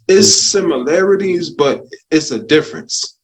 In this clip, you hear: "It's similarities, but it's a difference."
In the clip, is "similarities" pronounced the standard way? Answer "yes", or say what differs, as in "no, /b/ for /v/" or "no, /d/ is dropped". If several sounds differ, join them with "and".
yes